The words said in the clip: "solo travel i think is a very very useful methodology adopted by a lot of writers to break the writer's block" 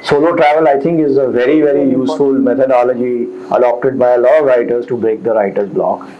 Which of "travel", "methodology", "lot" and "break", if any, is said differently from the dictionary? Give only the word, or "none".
methodology